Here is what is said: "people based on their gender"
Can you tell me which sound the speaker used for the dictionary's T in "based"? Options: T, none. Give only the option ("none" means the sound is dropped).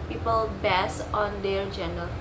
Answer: none